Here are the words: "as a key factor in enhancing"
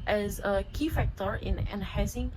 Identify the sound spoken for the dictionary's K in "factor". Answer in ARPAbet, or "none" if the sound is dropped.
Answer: K